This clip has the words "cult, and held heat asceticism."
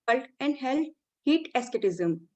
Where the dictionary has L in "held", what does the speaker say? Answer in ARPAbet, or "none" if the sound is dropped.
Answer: L